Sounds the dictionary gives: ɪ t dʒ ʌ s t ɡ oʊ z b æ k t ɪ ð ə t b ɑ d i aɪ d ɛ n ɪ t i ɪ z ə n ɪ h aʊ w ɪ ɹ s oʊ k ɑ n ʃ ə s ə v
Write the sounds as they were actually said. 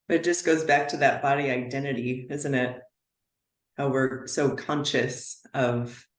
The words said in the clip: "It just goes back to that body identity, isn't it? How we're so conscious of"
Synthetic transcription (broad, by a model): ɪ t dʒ ʌ s ɡ oʊ z b æ k t ɪ ð ə t b ɑ d i aɪ d ɛ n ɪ t i ɪ z ə n ɪ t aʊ w ɪ ɹ s oʊ k ɑ n ʃ ə s ə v